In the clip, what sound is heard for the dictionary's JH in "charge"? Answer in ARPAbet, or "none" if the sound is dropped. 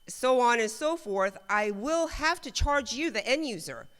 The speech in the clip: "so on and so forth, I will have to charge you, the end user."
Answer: JH